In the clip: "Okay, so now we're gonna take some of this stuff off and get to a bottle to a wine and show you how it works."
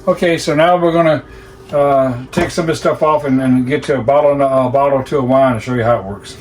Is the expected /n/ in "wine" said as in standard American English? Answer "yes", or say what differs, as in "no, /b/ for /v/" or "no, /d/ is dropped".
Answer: no, /n/ is dropped